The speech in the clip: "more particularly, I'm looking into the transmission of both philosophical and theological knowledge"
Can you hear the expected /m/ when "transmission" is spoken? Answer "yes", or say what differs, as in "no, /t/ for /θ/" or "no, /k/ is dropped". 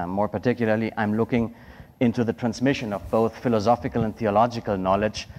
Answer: yes